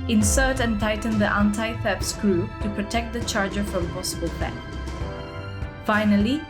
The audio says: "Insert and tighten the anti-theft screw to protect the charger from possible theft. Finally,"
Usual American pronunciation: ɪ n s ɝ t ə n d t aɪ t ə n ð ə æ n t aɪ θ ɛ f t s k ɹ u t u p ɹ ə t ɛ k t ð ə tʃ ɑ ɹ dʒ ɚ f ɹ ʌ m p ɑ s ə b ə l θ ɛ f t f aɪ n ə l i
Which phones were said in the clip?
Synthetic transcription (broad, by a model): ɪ n s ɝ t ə n t aɪ t ə n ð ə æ n t aɪ f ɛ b s k ɹ u t u p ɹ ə t ɛ k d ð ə tʃ ɑ ɹ dʒ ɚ f ɹ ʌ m p ɑ s ə b ə l f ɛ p f aɪ n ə l i